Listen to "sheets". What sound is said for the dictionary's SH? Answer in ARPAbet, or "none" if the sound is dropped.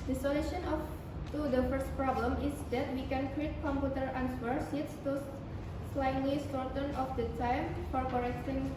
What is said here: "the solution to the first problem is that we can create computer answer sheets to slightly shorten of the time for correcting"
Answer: S